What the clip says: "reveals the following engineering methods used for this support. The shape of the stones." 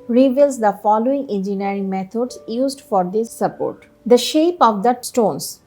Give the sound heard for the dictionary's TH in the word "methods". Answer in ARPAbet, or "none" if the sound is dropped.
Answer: T